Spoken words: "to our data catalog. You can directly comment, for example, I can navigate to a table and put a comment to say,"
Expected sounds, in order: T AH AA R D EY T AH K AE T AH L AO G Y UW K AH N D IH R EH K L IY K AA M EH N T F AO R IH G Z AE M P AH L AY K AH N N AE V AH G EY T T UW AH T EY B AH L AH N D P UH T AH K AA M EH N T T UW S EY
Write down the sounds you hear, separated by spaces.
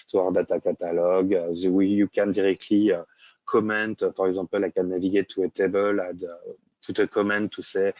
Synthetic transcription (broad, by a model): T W AA R D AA T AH K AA T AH L AO G Y UW K AH N D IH R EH K L IY K AA M EH N T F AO R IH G Z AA P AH L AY K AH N N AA V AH G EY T T UW AH T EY B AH L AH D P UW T AH K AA M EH N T T UW S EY